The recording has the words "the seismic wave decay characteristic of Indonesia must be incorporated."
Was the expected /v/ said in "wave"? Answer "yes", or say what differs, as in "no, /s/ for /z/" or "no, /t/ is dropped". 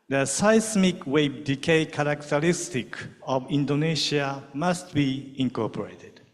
no, /b/ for /v/